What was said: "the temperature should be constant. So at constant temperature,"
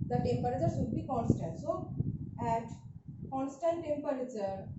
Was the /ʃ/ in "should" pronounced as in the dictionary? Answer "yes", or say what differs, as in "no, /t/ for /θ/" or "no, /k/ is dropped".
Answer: no, /s/ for /ʃ/